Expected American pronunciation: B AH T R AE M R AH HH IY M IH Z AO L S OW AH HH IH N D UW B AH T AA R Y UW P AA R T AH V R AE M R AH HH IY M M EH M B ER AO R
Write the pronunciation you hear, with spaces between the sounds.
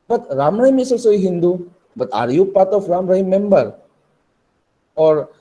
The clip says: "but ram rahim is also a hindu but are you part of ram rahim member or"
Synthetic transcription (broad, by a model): B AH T R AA M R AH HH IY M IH S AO S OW AH HH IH N D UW B AH T AA R Y UW P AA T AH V R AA M R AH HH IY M M EH M B ER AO R